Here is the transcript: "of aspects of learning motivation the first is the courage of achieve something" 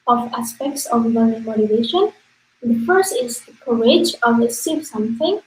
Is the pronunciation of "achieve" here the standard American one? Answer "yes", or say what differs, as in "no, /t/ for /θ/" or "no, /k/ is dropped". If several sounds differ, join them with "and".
no, /s/ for /tʃ/